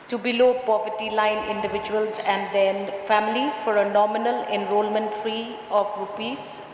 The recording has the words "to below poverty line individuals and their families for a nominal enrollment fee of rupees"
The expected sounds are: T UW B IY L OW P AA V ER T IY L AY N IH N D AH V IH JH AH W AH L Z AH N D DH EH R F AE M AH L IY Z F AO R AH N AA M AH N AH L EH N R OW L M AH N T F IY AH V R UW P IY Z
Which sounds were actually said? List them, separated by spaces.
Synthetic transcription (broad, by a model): T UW B IY L OW P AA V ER T IY L AY N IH N D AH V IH JH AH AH L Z AH N D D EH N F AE M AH L IY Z F AO R AH N AA M AH N AH L EH N R OW L M AH N T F IY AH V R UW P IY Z